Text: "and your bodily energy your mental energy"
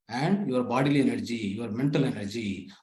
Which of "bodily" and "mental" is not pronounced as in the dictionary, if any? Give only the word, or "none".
none